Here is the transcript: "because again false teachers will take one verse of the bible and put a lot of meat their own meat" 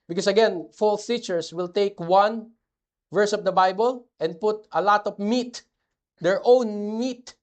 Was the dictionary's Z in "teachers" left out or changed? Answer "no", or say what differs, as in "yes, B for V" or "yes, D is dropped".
yes, S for Z